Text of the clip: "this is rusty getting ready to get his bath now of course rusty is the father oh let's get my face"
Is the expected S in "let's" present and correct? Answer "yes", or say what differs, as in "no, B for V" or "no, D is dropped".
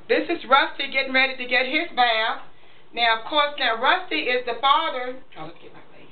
no, S is dropped